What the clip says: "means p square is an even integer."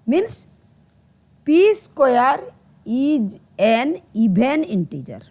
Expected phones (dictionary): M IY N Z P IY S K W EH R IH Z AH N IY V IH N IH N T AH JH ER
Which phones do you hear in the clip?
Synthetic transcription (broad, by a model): M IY N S P IY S K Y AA R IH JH AH N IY B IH N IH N T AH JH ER